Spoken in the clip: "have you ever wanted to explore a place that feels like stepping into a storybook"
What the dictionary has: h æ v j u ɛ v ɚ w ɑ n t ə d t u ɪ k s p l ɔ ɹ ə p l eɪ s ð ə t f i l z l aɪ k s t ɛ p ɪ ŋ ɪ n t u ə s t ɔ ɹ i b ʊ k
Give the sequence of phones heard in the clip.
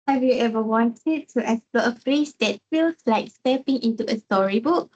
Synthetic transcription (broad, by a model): h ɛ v j u ɛ v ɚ w ɑ n t ə d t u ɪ s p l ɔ ə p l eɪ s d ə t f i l s l aɪ k s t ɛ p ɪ ŋ ɪ n t u ə s t ɔ ɹ i b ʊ k